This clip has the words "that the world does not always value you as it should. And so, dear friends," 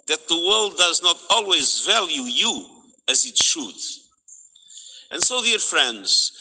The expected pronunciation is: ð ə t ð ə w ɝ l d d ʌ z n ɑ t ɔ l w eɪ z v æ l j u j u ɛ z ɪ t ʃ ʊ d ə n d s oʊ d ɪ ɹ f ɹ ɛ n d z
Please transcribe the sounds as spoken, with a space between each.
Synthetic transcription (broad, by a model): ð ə t ð ə w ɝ l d d ʌ z n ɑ t ɔ l w eɪ z v æ l j u j u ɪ z ɪ t ʃ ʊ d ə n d s oʊ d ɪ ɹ f ɹ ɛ n d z